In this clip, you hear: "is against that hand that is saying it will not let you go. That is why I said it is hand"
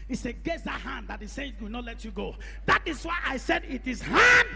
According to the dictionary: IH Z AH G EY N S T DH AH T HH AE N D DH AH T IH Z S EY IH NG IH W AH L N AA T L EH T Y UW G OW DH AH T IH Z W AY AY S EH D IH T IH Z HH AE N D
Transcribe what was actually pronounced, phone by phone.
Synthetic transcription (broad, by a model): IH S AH G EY S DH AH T HH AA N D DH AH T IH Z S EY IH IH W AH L N AA T L EH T Y UW G OW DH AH T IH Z W AY AY S EH D IH T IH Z HH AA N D